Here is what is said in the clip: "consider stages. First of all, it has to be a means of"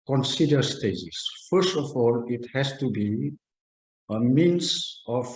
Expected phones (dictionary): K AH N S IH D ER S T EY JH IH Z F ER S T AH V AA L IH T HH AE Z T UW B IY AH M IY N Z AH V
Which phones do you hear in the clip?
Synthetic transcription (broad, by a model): K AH N S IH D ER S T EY Z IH S F ER S T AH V AA L IH T HH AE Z T UW B IY AH M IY N S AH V